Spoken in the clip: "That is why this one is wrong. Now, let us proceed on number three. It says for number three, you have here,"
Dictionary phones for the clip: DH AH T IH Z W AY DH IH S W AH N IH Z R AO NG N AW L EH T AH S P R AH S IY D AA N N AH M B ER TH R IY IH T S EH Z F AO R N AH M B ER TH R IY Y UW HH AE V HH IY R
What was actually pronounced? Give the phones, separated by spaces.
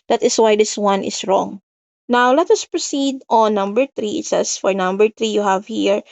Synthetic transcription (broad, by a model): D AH T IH S W AY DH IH S W AH N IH S R AO NG N AW L EH T AH S P R AH S IY D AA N N AH M B ER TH R IY IH T S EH S F AO R N AH M B ER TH R IY Y UW HH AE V HH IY R